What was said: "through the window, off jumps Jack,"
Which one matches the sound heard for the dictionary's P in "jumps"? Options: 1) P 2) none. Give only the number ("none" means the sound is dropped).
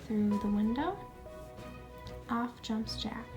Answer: 1